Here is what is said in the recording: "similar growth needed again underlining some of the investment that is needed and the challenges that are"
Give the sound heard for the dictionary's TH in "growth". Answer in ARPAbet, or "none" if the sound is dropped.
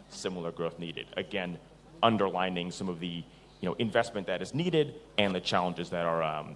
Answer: TH